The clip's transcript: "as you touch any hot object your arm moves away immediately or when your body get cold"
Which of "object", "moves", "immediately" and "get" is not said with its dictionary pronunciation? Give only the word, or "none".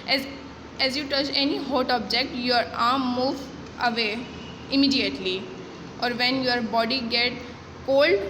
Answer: moves